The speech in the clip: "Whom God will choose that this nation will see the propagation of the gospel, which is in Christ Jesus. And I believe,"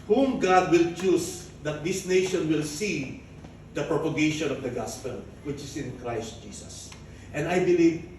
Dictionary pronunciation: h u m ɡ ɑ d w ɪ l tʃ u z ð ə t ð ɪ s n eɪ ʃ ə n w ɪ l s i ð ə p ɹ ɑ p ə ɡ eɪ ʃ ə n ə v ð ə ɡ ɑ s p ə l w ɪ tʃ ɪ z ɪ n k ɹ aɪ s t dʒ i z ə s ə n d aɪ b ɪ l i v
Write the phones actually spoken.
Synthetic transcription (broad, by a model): h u m ɡ ɑ d w ɪ l tʃ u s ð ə t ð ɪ s n eɪ ʃ ə n w ɪ l s i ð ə p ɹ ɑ p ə ɡ eɪ ʃ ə n ə v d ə ɡ ɑ s p ə l w ɪ tʃ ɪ s ɪ n k ɹ aɪ s t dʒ i s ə s ə n d aɪ b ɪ l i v